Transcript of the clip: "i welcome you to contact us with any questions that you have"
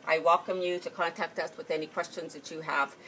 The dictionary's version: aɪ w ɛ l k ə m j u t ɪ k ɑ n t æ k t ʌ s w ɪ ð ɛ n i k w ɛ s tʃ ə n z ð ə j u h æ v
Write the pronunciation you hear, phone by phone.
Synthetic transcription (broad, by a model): aɪ w ɛ l k ə m j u t ɪ k ɑ n t æ k t ʌ s w ɪ ð ɛ n i k w ɛ s tʃ ə n z ð ə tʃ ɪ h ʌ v